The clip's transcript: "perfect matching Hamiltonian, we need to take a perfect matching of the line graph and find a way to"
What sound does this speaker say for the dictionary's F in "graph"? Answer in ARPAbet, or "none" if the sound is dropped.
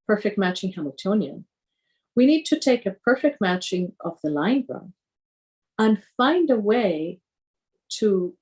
none